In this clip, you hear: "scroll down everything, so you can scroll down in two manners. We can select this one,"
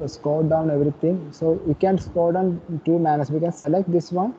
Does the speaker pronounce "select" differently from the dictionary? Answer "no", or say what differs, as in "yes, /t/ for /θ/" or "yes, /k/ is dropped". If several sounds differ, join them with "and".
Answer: no